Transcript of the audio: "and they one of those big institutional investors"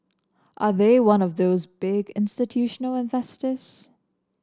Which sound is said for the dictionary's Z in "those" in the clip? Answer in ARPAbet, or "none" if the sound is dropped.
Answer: Z